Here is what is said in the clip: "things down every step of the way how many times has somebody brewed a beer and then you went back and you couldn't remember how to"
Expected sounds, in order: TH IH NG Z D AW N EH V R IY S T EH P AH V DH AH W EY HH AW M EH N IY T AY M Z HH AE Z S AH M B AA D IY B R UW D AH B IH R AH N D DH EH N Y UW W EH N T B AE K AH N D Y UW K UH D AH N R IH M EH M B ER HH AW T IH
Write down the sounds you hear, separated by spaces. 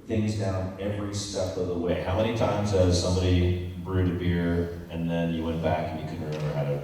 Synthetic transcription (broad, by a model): TH IH NG Z D AW N EH V R IY S T EH P AH V DH AH W EY HH AW M EH N IY T AY M Z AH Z S AH M B AA D IY B R UW D AH B IH R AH N DH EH N Y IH W EH N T B AE K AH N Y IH K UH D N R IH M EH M ER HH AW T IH